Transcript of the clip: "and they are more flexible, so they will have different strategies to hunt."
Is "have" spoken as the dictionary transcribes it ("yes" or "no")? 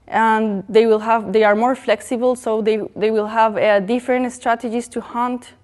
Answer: yes